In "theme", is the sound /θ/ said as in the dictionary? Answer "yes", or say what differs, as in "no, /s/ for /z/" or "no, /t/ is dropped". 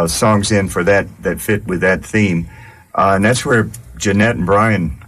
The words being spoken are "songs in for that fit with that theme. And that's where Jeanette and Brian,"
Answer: yes